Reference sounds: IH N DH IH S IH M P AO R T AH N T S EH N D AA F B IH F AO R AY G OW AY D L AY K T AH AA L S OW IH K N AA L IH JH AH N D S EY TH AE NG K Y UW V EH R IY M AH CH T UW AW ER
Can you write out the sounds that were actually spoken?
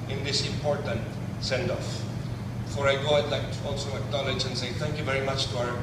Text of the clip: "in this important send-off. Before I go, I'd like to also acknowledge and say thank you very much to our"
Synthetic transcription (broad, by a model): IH N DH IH S IH M P AO R T AH N T S EH N D AA F F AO R AY G OW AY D L AY K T AA L S OW IH K N AA L IH JH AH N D S EY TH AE NG K Y UW V EH R IY M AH CH T UW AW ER